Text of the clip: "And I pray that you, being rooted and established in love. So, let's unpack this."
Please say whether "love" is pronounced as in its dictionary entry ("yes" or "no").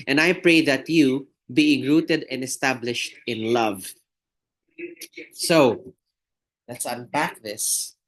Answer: yes